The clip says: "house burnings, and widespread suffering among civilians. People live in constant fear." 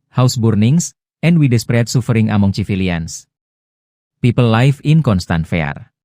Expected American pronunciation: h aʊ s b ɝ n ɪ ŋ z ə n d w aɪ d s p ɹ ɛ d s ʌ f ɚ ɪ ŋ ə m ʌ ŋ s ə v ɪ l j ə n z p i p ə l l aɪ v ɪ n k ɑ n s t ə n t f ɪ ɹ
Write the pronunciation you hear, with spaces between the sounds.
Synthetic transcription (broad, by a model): h aʊ s b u n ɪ ŋ s ə n d w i d s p ɹ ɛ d s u f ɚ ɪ ŋ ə m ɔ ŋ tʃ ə f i l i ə n s p i p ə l l aɪ f ɪ n k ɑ n s t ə n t f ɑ ɹ